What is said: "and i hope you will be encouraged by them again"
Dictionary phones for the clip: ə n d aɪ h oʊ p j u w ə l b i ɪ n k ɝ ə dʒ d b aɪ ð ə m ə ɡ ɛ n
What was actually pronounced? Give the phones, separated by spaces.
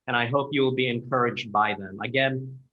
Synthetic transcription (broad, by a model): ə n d aɪ h oʊ p j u w ə l b i ɪ n k ɝ ə dʒ d b aɪ ð ə m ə ɡ ɛ n